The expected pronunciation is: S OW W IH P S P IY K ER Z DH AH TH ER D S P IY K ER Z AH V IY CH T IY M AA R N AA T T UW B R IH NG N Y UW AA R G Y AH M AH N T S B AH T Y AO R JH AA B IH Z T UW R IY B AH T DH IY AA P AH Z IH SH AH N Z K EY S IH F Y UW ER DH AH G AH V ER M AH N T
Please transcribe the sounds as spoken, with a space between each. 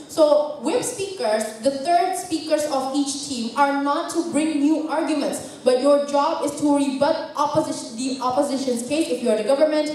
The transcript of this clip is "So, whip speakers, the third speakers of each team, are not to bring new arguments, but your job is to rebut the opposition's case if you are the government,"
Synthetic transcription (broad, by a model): S OW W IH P S P IY K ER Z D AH T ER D S P IY K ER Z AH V IY CH T IY M AA R N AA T T UW B R IH NG N Y UW AA R G Y AH M AH N T S B AH T Y AO R JH AA B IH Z T UW R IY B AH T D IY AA P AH Z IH SH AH N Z K EY S IH F Y UW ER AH G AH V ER M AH N T